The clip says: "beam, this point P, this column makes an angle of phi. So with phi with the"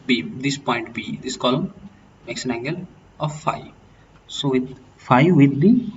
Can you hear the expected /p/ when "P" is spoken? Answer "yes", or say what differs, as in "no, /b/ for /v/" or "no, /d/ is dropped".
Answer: no, /b/ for /p/